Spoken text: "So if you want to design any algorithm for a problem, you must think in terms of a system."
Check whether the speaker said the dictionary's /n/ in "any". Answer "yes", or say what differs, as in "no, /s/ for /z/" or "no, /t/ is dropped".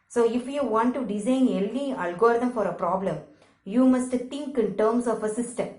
no, /l/ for /n/